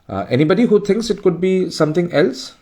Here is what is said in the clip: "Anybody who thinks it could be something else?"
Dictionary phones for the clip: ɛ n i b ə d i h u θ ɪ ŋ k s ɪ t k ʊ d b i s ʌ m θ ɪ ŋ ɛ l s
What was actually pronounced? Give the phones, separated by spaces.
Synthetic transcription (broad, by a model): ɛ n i b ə d i h u t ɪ ŋ k s ɪ t k ʊ d b i s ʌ m t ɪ ŋ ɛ l s